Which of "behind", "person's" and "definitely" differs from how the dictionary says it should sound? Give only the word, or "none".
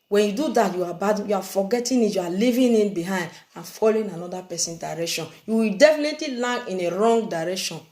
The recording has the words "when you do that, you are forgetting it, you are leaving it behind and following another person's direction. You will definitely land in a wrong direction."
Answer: person's